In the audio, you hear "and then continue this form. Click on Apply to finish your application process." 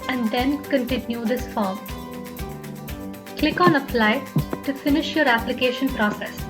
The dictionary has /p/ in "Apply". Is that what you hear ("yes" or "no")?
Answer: no